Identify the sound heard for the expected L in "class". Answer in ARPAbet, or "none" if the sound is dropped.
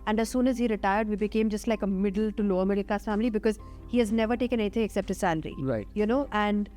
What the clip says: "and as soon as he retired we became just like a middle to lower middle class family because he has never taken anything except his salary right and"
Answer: none